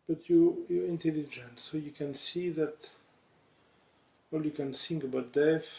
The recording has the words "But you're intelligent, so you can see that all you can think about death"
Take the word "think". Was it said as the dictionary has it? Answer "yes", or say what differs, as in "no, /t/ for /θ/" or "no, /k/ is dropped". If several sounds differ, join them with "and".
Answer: no, /s/ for /θ/